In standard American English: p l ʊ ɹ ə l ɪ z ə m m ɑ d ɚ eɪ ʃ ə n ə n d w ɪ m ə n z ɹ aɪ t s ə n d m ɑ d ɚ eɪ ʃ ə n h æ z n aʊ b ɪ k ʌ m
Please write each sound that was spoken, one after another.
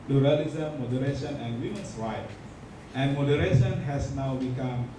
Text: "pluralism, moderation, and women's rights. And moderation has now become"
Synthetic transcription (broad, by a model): p l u ɹ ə l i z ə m m ɑ d ɚ eɪ ʃ ə n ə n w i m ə n s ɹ aɪ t ə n m ɑ d ɚ eɪ ʃ ə n h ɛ s n aʊ b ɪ k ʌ m